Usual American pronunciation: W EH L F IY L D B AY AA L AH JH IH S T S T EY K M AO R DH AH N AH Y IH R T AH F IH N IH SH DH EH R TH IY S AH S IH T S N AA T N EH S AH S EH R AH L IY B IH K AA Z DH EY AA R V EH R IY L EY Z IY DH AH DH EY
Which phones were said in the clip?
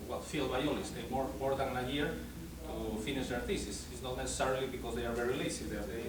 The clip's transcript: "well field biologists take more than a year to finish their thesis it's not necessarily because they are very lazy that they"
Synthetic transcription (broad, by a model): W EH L F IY L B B AY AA L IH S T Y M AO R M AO R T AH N AH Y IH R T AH F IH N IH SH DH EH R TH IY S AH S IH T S N AA T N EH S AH S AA R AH L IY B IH K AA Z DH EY AA R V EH R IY L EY S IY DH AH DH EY